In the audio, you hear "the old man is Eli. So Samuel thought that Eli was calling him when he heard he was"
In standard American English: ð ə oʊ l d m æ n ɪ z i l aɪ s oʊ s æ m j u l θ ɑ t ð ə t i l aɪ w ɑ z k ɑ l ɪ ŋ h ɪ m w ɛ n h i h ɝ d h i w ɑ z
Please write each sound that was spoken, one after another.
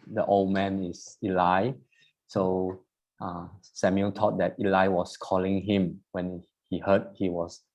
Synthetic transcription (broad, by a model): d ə oʊ l d m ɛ n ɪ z i l aɪ s oʊ s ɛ m j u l t ɑ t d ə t i l aɪ w ɑ s k ɑ l ɪ ŋ h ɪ m w ɛ n h i h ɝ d h i w ɑ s